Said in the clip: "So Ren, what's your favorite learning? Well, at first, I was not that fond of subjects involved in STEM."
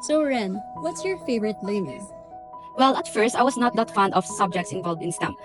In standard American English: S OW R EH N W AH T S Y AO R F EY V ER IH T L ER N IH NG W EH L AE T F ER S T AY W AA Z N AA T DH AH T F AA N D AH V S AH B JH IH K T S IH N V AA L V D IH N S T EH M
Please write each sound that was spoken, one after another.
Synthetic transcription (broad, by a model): S OW R EH N W AH T S Y AO R F EY V ER IH T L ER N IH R W EH L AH T F ER S T AY W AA S N AA T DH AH T F AA N D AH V S AH B JH IH K T S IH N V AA L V D IH N S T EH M